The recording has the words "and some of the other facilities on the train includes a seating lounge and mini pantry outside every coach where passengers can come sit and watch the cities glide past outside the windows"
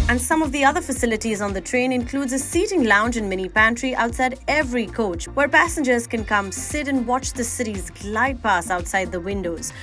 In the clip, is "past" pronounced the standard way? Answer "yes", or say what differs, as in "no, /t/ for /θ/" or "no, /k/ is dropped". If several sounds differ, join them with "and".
no, /t/ is dropped